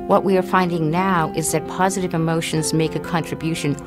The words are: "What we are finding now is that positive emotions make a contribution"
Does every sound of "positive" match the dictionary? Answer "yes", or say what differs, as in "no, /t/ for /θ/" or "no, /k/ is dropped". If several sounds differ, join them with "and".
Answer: yes